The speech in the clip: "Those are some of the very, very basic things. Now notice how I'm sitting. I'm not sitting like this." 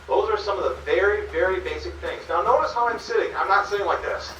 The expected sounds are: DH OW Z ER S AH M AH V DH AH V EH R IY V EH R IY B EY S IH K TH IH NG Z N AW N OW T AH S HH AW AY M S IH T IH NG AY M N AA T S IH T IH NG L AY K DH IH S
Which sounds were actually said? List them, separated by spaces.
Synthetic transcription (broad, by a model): DH OW Z ER S AH M AH V DH AH V EH R IY V EH R IY B EY S IH K TH IH NG Z N AW N OW T AH S HH AW AY M S IH T IH NG AY M N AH T S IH IH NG L AY K DH IH S